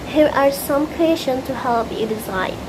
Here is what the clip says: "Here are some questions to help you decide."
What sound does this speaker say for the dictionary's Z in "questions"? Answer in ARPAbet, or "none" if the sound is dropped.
none